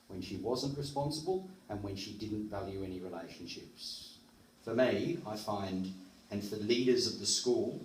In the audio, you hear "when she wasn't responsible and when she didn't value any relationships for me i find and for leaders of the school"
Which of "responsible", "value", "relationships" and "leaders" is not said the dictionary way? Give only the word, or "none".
none